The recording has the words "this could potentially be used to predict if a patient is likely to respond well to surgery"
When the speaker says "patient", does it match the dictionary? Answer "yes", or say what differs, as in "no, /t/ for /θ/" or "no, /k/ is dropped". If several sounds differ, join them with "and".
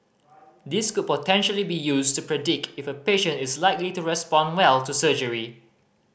yes